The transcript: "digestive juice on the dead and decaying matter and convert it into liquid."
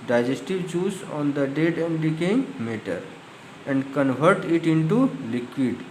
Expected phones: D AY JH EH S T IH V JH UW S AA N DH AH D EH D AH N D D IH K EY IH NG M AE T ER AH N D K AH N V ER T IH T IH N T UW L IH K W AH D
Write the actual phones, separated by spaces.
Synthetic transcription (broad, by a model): D AY JH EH S T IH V CH UW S AA N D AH D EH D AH N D D IH K EY IH NG M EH T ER AH N D K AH N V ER T IH T IH N T UW L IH K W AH D